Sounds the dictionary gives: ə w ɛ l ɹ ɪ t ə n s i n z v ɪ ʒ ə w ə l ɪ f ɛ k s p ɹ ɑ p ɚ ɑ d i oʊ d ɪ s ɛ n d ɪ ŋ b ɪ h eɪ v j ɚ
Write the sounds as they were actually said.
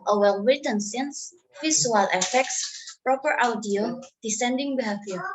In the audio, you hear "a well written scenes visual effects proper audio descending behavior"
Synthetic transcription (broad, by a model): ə w ɛ l w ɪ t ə n s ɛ n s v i s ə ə l ɪ f ɛ k s p ɹ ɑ p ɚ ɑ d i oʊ d ɪ s ɛ n d ɪ ŋ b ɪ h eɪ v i